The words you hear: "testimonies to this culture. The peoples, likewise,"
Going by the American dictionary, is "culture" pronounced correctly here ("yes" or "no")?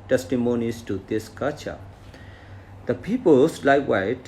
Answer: no